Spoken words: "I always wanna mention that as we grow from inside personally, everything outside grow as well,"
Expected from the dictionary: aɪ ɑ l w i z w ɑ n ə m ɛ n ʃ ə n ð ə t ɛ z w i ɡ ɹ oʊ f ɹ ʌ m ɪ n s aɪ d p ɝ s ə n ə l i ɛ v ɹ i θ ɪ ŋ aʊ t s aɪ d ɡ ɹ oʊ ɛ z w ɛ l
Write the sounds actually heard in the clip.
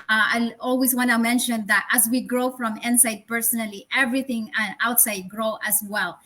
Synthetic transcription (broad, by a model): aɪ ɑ l w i s w ɑ n ə m ɛ n ʃ ə n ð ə t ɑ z w i ɡ ɹ oʊ f ɹ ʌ m ɪ n s aɪ d p ɝ s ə n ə l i ɛ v ɹ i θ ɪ ŋ aʊ t s aɪ d ɡ ɹ oʊ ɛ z w ɛ l